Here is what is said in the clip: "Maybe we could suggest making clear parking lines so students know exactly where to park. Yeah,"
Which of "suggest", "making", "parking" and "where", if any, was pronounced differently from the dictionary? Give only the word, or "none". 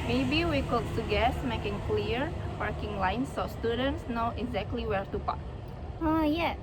suggest